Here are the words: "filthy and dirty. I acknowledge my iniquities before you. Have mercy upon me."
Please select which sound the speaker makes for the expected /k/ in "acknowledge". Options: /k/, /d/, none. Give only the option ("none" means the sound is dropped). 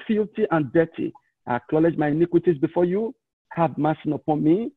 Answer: /k/